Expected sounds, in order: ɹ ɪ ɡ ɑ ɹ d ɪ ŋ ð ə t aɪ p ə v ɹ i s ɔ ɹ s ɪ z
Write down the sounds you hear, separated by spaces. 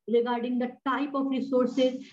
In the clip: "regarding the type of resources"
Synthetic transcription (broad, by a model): ɹ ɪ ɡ ɑ ɹ d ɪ ŋ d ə t aɪ p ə f ɹ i s ɔ ɹ s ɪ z